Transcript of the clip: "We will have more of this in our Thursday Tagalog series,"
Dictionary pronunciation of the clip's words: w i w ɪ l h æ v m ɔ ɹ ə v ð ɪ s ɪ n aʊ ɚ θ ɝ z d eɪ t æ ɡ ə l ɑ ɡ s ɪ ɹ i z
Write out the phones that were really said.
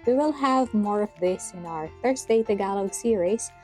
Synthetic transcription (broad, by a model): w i w ɪ l h æ v m ɔ ɹ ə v ð ɪ s ɪ n aʊ ɚ f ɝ s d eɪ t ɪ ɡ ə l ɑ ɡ s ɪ ɹ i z